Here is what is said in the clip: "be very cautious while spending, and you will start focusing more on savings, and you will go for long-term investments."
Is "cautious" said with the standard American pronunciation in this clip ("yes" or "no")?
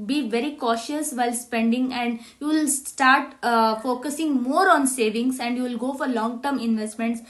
yes